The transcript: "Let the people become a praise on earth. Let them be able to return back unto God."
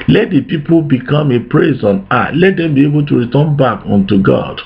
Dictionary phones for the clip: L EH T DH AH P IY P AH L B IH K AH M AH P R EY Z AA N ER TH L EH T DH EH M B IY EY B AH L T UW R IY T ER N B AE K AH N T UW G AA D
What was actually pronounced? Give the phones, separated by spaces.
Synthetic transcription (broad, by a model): L EH T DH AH P IY P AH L B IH K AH M AH P R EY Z AA N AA T L EH T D EH M B IY EY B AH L T UW R IY T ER N B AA K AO N T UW G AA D